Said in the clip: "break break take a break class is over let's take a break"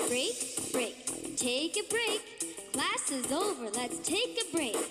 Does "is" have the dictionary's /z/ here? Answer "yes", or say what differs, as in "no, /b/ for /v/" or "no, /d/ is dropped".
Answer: yes